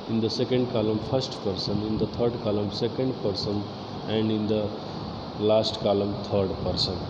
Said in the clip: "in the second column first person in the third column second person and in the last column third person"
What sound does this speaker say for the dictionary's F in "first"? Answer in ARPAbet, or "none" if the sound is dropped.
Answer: P